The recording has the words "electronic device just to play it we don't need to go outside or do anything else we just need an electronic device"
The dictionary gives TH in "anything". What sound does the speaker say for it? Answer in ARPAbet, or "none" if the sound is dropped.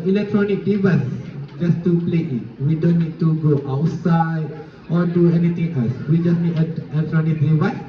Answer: T